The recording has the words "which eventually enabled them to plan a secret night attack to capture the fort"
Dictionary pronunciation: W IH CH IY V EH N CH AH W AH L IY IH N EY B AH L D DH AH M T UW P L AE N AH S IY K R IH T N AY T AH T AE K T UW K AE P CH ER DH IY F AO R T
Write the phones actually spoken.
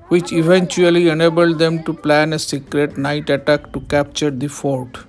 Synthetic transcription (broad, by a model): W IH CH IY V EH N CH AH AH L IY IH N EY B AH L D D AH M T UW P L AE N AH S IY K R IH T N AY T AH T AE K T UW K AE P CH ER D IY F AO R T